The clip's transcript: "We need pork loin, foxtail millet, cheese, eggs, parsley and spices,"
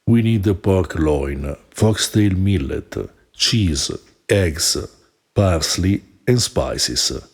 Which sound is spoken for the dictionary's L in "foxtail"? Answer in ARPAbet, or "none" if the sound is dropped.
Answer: L